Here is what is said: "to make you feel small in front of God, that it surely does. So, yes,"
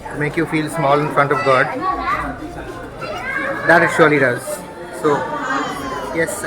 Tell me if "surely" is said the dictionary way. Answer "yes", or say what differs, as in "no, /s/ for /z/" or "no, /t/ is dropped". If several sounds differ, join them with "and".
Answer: yes